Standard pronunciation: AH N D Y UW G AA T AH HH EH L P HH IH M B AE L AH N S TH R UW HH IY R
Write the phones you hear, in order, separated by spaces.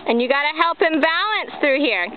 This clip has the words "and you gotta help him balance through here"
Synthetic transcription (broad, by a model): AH N Y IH G AA T AH HH EH L P HH IH M B AE L AH N S TH R UW HH IY R